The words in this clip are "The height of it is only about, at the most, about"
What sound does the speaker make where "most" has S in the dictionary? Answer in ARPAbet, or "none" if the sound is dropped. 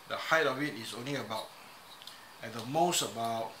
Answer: S